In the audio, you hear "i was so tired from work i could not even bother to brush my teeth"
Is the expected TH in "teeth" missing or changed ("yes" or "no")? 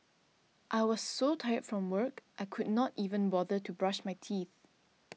no